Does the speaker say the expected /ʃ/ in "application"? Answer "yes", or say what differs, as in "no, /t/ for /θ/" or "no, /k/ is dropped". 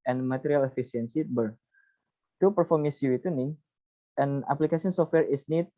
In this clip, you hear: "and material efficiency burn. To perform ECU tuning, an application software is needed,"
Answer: no, /s/ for /ʃ/